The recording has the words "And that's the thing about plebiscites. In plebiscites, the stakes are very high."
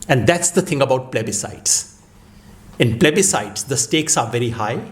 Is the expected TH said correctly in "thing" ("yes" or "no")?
no